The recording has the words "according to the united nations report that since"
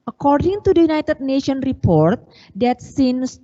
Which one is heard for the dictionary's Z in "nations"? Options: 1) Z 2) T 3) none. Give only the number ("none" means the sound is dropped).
3